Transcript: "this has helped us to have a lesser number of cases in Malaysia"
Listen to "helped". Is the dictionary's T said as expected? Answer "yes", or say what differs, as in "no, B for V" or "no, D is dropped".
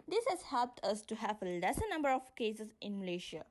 yes